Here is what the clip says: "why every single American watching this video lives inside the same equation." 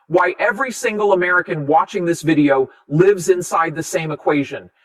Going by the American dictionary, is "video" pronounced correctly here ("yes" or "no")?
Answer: yes